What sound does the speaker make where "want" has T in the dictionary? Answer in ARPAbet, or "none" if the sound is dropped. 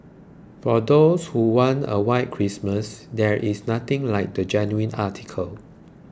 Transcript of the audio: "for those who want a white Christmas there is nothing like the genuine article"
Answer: none